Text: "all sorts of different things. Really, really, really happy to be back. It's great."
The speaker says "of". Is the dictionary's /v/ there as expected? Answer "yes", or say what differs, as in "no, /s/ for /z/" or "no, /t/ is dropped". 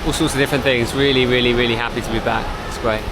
yes